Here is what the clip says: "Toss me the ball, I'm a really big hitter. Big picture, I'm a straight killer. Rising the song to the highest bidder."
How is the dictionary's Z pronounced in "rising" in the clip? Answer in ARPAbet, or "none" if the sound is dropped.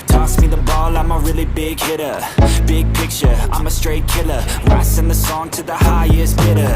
S